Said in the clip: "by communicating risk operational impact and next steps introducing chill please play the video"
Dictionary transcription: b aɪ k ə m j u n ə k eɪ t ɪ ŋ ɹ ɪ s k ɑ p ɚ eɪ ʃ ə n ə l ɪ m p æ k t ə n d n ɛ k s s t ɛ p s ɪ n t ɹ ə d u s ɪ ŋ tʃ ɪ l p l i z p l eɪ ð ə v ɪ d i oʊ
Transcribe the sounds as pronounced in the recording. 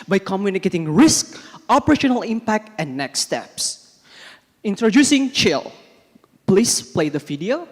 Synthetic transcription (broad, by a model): b aɪ k ə m j u n ə k eɪ t ɪ ŋ ɹ ɪ s k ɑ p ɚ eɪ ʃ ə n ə l ɪ m p æ k t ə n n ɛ k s s t ɛ p s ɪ n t ɹ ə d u s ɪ ŋ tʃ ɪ l p l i s p l eɪ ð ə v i d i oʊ